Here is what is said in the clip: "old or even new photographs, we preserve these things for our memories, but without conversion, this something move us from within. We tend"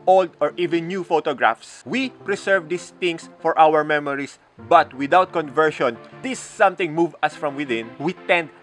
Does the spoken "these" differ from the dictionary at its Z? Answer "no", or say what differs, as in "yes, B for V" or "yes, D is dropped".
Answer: yes, S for Z